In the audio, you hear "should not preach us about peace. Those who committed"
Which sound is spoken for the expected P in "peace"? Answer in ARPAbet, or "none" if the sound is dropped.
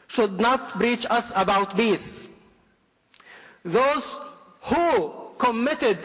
B